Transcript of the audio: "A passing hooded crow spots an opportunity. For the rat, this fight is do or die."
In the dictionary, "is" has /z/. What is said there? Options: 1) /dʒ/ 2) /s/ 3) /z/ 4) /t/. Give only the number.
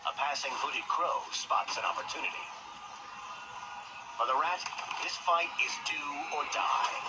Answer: 3